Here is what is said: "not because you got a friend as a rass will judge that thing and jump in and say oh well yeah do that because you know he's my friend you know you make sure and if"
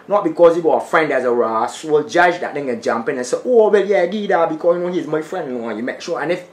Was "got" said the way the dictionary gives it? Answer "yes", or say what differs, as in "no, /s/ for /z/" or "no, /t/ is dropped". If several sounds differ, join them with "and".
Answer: no, /t/ is dropped